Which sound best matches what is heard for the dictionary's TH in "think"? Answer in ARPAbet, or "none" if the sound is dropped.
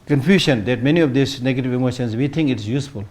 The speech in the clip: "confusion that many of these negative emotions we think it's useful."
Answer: T